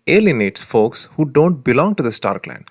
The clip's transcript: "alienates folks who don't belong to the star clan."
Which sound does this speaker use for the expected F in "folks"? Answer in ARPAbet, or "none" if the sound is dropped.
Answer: F